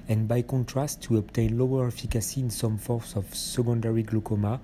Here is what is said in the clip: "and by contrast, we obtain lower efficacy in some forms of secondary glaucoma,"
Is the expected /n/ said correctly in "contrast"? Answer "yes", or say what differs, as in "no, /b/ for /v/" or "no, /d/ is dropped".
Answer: yes